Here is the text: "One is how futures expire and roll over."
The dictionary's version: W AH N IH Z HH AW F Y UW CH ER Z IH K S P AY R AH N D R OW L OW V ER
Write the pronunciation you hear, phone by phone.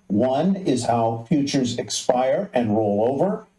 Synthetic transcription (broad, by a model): W AH N IH Z HH AW F Y UW CH ER Z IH K S P AY R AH N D R OW L OW V ER